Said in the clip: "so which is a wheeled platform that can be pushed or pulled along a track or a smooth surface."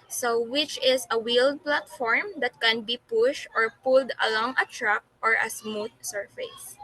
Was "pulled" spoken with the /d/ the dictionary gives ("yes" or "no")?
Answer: yes